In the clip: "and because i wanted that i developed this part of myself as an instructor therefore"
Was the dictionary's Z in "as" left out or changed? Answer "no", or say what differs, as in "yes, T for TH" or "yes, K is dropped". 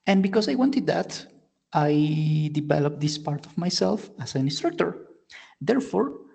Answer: yes, S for Z